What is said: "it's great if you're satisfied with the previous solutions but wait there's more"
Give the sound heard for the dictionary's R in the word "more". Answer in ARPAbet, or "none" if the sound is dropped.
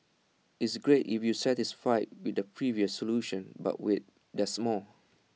L